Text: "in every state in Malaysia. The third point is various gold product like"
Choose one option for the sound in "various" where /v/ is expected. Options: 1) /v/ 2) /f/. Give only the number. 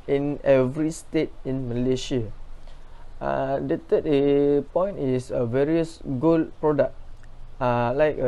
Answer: 1